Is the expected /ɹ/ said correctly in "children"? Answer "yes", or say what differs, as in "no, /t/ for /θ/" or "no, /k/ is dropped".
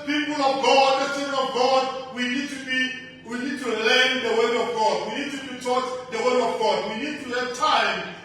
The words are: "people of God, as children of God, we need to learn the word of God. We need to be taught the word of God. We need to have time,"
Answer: no, /w/ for /ɹ/